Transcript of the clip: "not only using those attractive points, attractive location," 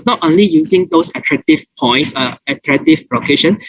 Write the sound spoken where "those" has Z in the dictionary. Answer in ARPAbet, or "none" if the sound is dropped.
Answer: S